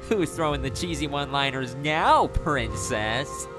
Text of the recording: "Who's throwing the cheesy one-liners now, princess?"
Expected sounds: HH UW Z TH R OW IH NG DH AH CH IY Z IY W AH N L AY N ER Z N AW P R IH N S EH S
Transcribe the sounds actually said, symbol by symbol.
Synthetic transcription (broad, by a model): HH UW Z TH R OW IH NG DH AH CH IY Z IY W AH N L AY N ER Z N AW P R IH N S EH S